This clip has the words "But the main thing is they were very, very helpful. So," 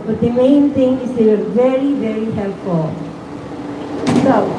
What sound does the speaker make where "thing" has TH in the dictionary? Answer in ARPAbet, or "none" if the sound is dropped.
T